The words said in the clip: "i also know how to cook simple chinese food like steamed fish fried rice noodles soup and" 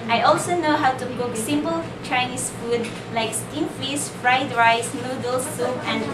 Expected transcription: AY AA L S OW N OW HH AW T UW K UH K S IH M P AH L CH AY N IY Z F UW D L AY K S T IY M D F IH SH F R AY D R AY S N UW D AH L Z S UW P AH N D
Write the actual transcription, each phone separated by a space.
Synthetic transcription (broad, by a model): AY AA L S OW N OW HH AW T UW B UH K S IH M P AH L CH AY N IY S F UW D L AY K S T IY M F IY S F R AY D R AY S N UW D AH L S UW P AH N